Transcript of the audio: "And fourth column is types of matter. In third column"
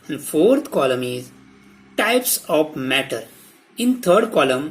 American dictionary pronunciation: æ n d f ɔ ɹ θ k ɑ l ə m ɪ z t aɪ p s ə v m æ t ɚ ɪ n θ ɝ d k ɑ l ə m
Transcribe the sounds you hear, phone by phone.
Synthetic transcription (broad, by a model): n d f ɔ ɹ t k ɑ l ə m ɪ z t aɪ p s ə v m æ t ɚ ɪ n t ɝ d k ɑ l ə m